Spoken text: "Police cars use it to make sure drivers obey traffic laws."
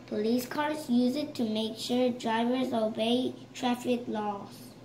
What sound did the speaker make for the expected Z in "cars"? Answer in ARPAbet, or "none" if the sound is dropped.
S